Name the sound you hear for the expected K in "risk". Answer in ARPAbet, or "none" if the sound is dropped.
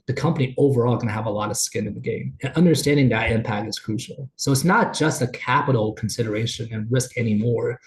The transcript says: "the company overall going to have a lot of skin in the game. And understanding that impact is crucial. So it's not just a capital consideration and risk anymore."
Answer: K